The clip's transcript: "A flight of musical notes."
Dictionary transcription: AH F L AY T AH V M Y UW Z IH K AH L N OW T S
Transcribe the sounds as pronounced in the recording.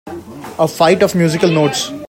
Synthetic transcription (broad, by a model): AH F AY T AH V M Y UW Z IH K AH L N OW T S